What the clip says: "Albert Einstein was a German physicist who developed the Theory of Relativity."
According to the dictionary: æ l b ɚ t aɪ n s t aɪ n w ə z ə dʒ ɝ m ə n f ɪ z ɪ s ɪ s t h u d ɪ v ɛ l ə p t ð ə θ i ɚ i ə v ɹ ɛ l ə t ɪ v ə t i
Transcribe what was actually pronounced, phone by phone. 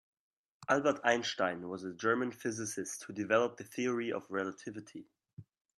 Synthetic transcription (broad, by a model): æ l b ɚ t aɪ n ʃ t aɪ n w ə z ə dʒ ɝ m ə n f ɪ z ɪ s ɪ s t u d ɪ v ɛ l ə p ð ə θ i ɚ i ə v ɹ ɛ l ə t ɪ v ə t i